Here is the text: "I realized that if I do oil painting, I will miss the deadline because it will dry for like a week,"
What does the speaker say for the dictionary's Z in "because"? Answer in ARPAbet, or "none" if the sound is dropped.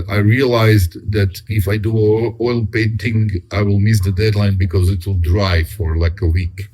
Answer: Z